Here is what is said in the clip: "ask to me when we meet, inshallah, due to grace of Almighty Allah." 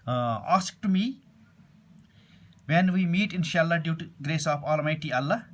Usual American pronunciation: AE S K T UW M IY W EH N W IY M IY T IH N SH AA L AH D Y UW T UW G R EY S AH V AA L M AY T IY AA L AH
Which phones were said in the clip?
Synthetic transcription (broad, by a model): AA S K T UW M IY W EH N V IY M IY T IH N SH AA L AH D Y UW T UW G R EY S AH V AA L M AY T IY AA L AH